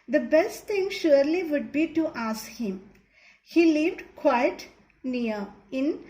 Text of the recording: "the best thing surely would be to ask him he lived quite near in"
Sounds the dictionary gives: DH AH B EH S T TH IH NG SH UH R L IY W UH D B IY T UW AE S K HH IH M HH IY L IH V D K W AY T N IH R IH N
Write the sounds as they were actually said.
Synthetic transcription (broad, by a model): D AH B EH S T T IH NG SH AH R L IY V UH D B IY T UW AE S K HH IH M HH IY L IH V D K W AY T N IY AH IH N